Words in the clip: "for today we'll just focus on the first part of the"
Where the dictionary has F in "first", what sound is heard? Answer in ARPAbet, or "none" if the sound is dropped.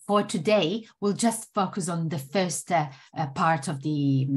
F